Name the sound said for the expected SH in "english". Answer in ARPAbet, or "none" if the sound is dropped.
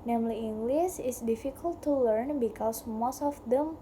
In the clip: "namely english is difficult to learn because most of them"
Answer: S